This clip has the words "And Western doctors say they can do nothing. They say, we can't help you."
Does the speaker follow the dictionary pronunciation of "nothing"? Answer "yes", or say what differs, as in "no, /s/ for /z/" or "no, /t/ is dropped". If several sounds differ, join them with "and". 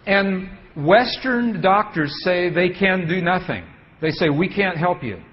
yes